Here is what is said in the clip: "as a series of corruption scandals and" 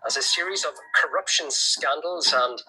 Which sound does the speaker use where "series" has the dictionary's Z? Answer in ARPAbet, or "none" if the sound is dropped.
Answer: Z